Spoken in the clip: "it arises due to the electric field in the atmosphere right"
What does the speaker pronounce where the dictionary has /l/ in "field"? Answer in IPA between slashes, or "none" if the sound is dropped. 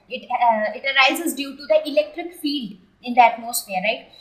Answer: /l/